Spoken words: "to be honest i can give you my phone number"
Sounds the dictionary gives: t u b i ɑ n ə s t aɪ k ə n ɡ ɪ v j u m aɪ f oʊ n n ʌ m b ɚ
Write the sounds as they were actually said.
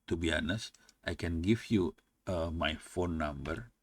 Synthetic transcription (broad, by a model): t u b i ɑ n ə s t aɪ k ə n ɡ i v j u m aɪ f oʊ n n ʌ m b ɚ